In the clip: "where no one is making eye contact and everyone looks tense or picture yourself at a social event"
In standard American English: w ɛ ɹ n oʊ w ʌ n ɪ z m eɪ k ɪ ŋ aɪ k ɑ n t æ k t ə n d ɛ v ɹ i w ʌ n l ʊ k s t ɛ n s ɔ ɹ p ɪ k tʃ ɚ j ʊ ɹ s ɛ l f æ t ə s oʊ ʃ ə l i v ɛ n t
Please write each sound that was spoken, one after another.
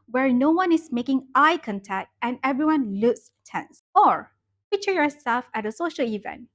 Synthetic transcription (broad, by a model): w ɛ ɹ n oʊ w ʌ n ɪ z m eɪ k ɪ ŋ aɪ k ɑ n t æ k t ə n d ɛ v ɹ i w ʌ n l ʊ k s t ɛ n s ɔ ɹ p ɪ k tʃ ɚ j ʊ ɹ s ɛ l f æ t ə s oʊ ʃ ə l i v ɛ n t